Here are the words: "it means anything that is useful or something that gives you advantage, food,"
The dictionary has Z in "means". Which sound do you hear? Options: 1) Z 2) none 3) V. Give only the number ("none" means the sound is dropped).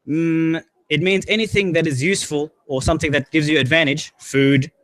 1